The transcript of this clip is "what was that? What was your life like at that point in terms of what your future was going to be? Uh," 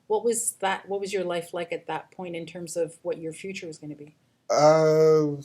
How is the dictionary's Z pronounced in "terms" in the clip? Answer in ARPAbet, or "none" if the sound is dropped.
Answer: Z